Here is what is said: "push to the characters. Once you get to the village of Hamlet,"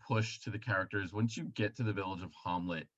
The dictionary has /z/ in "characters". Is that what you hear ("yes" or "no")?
yes